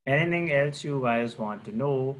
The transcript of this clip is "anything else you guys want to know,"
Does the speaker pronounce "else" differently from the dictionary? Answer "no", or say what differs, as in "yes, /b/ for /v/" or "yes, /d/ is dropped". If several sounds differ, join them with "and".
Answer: no